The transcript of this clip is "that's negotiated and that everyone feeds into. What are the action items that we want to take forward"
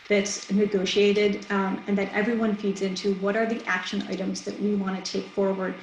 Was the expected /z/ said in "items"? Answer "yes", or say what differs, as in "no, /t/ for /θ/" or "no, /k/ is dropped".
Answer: yes